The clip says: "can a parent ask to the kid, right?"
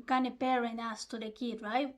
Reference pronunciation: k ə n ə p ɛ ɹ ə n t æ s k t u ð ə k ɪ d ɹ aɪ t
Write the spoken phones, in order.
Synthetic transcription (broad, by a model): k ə n ə p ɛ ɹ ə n ɑ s t u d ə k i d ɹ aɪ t